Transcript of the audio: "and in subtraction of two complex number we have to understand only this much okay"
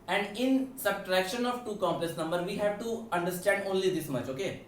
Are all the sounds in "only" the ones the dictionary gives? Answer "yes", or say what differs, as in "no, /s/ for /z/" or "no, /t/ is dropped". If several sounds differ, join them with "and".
yes